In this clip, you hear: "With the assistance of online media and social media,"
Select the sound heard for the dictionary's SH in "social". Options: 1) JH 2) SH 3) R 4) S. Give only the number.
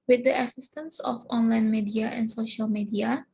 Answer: 2